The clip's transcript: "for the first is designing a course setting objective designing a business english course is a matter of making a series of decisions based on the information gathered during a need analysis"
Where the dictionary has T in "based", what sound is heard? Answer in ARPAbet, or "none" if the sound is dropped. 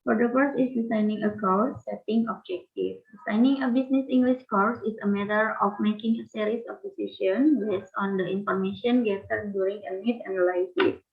none